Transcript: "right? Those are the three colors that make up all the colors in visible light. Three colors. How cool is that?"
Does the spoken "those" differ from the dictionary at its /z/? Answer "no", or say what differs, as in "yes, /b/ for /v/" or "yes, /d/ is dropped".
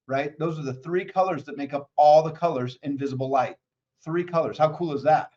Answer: no